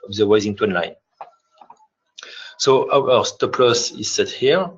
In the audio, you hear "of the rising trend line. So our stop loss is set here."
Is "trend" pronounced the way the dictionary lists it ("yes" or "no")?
no